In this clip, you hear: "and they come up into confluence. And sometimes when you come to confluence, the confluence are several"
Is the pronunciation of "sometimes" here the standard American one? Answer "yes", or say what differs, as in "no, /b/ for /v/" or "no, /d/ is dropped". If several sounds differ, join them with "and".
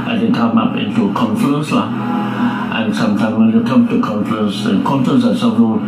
no, /z/ is dropped